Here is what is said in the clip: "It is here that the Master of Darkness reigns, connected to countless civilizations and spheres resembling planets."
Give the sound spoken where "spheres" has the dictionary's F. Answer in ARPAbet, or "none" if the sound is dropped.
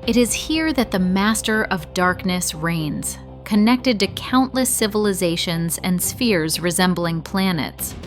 F